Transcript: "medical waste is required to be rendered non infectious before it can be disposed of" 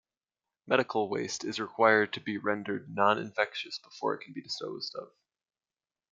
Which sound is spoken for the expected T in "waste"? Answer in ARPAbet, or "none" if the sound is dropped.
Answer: T